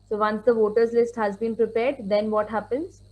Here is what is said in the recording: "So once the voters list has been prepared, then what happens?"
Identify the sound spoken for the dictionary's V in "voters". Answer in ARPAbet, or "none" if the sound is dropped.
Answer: V